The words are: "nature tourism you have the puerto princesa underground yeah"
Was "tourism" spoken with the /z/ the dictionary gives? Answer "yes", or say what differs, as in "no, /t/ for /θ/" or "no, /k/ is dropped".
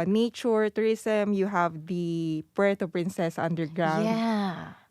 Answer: no, /s/ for /z/